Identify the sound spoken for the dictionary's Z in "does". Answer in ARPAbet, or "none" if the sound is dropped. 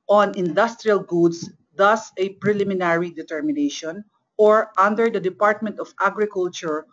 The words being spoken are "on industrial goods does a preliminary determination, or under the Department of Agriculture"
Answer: S